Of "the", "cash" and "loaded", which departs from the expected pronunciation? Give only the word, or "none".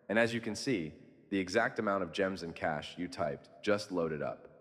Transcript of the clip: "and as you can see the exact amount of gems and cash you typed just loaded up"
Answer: none